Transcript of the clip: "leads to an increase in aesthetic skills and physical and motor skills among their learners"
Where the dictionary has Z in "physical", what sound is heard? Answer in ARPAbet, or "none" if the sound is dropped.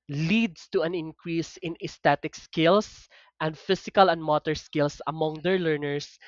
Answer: S